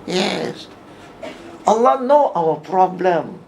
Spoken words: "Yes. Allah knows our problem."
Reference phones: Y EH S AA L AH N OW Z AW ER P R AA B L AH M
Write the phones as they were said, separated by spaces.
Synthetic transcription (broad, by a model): Y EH S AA L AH N OW AW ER P R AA B L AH M